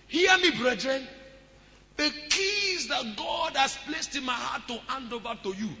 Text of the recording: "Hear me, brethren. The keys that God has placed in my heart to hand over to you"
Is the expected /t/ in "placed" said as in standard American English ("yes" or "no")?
yes